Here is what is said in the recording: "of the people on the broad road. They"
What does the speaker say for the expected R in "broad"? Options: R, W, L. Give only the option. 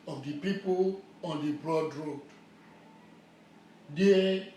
R